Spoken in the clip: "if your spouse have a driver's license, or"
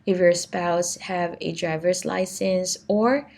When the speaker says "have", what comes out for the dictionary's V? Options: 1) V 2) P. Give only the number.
1